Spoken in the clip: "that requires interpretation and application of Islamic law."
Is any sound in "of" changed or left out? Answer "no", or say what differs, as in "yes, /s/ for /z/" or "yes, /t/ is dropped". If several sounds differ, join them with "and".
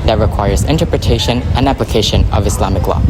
no